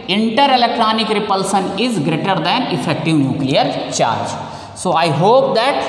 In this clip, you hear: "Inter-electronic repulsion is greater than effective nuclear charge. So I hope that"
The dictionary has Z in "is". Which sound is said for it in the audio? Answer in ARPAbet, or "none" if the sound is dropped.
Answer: Z